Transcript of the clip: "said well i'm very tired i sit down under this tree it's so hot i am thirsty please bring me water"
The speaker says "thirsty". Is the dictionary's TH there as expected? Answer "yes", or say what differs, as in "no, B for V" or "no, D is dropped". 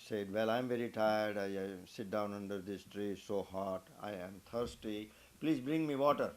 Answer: no, T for TH